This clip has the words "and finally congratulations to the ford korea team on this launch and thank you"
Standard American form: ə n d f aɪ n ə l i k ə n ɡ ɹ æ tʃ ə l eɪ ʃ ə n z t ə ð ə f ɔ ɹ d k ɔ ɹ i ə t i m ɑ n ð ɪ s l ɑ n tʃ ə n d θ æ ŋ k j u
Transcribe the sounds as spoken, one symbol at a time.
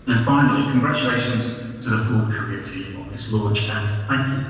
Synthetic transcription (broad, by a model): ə n f aɪ n ə l i k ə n ɡ ɹ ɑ tʃ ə l eɪ ʃ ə n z t ə ð ə f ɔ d k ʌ ɹ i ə t i m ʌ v ð ɪ s l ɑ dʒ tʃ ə n θ æ ŋ k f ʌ